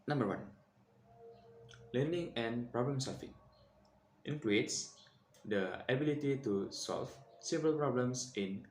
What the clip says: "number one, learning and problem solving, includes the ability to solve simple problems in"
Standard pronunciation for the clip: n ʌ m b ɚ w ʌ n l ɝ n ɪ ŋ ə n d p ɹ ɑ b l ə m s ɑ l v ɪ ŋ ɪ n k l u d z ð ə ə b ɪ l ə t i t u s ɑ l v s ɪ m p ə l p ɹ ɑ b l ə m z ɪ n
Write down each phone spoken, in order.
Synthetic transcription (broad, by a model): n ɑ m b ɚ w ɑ n l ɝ n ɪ ŋ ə n p ɹ ɑ b l ə m s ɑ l f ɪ ŋ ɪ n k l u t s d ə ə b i l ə t i t u s ɑ l f s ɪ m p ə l p ɹ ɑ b l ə m s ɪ n